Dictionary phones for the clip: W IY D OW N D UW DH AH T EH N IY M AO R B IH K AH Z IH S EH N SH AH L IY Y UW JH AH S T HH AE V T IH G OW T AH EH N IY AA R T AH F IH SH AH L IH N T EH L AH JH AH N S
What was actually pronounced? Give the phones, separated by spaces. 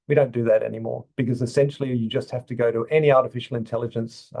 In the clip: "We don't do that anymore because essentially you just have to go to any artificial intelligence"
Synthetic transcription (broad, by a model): W IY D OW N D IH DH AH T EH N IY M AO R B IH K AH Z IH S EH N SH L IY Y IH JH AH S T HH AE F T IH G OW T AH EH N IY AA R T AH F IH SH L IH N T EH L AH JH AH N S